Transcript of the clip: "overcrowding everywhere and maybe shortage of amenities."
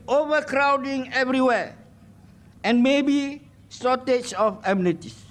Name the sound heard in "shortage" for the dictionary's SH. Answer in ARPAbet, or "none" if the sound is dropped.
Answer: S